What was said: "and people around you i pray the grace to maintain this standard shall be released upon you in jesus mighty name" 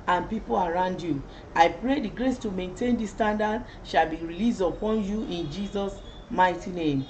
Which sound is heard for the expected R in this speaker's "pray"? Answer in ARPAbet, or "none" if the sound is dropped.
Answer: R